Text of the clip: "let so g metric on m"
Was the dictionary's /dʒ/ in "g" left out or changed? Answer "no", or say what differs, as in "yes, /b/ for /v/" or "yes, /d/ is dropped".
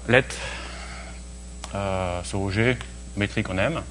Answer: yes, /ʒ/ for /dʒ/